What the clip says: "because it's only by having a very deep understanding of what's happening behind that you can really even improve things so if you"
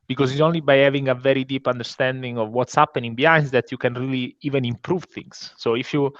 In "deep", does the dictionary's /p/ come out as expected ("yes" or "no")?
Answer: yes